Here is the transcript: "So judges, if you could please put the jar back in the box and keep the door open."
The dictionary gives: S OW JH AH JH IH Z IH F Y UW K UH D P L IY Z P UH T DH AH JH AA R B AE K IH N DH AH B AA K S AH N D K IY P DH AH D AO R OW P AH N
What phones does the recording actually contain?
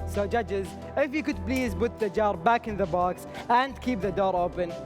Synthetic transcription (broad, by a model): S OW JH AH JH IH Z IH F Y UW K UH D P L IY Z B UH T DH AH JH AA R B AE K IH N DH AH B AA K S AH N D K IY P DH AH D AO R OW P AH N